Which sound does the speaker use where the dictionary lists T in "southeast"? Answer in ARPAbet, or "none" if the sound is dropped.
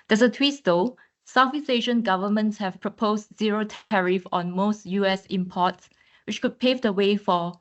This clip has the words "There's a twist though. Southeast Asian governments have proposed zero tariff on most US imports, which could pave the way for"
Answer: none